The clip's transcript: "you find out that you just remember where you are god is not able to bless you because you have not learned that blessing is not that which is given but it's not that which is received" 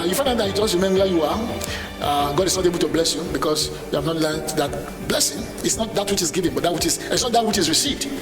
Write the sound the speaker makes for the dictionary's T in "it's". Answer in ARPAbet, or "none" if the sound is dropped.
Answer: S